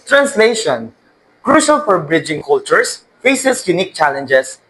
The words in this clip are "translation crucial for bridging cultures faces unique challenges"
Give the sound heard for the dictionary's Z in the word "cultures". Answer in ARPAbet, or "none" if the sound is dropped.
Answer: S